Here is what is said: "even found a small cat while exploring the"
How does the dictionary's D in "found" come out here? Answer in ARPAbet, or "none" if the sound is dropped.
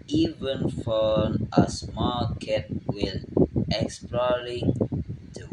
none